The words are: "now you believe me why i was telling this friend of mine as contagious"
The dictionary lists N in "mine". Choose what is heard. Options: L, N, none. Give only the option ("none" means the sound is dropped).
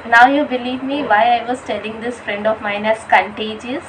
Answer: N